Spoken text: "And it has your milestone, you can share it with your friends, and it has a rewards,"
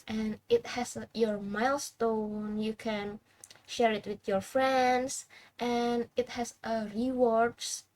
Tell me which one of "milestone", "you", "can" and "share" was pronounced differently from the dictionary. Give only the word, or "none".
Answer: none